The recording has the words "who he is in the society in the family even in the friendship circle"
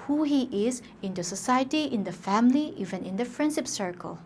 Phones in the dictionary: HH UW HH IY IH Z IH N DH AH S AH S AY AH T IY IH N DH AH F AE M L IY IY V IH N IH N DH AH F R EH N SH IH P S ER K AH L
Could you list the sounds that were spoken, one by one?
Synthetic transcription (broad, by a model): HH UW HH IY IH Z IH N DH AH S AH S AY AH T IY IH N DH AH F AE M L IY IY V IH N IH N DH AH P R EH N S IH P S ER K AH L